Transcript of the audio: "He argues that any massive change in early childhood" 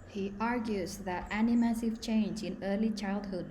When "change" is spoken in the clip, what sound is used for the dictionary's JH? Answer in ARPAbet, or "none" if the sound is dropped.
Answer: JH